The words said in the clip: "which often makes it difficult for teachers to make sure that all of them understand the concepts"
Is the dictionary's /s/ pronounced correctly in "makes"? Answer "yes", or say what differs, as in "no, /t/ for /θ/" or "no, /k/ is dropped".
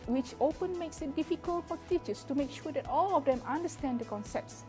yes